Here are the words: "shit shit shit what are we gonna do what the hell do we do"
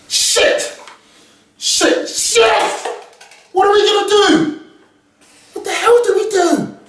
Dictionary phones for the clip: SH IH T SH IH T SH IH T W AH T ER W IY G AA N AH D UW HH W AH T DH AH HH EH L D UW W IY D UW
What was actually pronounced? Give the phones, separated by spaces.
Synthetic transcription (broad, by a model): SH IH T SH IH T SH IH W AH T ER W IY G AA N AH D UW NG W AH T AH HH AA W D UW W IY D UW